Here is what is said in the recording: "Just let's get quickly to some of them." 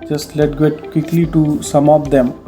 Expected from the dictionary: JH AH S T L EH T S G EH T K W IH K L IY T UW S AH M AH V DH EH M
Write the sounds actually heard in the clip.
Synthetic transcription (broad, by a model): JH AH S T L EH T G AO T K W IH K L IY T UW S AH M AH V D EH M